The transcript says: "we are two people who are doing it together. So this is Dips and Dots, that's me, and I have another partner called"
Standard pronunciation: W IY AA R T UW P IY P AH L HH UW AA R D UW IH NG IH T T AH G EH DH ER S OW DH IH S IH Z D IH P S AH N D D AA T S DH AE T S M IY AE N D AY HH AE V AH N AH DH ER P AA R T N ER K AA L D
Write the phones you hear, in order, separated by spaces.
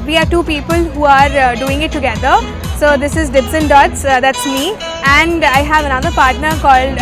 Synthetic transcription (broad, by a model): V IY AA R T UW P IY P AH L HH UW AA R D UW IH NG IH T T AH G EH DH ER S OW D IH S IH Z D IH B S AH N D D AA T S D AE T S M IY AE N D AY HH AE V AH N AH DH ER P AA R T N ER K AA L D